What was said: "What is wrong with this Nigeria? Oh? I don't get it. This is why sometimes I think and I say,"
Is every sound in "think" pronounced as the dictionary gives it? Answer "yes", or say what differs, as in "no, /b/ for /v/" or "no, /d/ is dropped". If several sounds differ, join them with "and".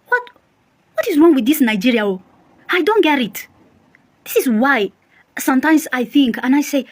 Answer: yes